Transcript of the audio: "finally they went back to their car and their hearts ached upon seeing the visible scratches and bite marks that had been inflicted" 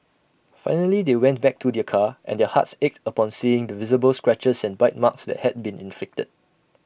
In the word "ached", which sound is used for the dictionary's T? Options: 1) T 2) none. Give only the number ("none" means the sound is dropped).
1